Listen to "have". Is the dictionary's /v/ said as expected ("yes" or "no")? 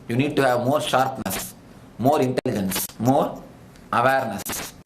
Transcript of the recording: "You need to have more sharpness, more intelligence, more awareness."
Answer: yes